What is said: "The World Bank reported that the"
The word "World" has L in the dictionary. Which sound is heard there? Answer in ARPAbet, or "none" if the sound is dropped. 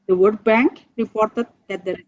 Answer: none